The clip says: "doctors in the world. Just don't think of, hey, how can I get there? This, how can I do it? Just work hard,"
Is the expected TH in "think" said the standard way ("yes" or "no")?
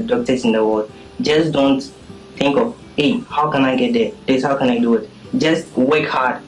no